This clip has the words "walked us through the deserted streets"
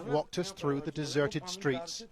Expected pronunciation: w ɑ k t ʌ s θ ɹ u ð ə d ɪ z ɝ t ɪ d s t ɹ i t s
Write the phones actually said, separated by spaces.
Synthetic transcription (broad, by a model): w ɑ k t ʌ s θ ɹ u ð ə d ɪ z ɝ t ɪ d s t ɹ i t s